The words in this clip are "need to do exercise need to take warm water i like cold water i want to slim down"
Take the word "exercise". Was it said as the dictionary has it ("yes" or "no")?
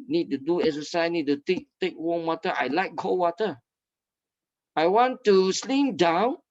no